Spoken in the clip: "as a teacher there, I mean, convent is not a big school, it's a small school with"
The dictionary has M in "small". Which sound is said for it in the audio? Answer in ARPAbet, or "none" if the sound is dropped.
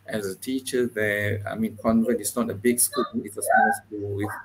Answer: none